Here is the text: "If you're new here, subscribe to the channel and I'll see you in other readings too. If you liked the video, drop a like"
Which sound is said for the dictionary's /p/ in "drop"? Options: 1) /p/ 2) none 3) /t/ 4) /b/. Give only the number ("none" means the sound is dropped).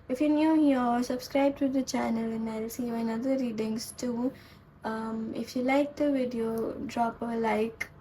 1